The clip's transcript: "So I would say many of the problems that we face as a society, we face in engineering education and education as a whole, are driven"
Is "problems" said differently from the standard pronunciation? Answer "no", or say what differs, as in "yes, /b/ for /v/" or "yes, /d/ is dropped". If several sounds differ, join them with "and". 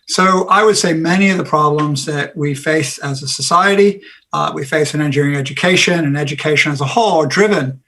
no